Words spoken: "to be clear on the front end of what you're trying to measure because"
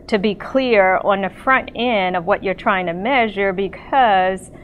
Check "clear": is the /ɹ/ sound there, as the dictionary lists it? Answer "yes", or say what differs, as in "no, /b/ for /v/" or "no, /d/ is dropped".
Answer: yes